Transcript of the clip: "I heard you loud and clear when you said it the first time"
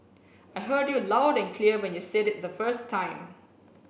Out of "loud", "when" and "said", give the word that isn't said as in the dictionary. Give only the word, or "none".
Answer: none